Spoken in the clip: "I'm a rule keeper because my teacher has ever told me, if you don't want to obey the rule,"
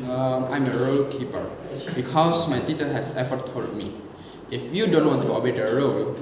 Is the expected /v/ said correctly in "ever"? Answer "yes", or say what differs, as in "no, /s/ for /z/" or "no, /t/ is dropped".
no, /f/ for /v/